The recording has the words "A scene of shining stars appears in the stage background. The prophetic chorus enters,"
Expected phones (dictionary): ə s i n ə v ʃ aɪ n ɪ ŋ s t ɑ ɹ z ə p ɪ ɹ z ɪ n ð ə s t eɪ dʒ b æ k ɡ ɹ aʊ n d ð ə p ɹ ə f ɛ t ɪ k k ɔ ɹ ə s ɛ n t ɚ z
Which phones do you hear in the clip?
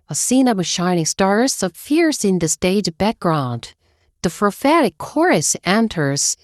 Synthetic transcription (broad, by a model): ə s i n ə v ʃ aɪ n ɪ ŋ s t ɑ ɹ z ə f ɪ ɹ s ɪ n ð ə s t eɪ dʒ b æ k ɡ ɹ aʊ n d ð ə f ɹ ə f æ t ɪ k k ɔ ɹ ə s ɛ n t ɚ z